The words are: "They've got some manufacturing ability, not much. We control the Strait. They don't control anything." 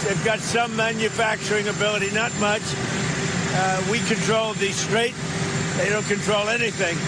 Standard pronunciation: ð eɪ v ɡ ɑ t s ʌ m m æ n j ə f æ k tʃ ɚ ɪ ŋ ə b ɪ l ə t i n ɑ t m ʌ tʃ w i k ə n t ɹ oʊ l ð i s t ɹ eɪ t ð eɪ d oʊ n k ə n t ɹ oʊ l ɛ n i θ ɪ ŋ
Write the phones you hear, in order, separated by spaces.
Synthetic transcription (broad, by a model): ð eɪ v ɡ ɑ t s ʌ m m æ n j ə f æ k tʃ ɚ ɪ ŋ ə b ɪ l ə t i n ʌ t m ʌ tʃ w i k ə n t ɹ oʊ l ð i s t ɹ eɪ t ð eɪ d oʊ n k ə n t ɹ oʊ l ɛ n i θ ɪ ŋ